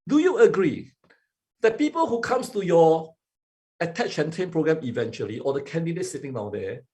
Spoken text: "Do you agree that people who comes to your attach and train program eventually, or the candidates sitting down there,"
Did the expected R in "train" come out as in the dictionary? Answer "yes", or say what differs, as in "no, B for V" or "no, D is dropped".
no, R is dropped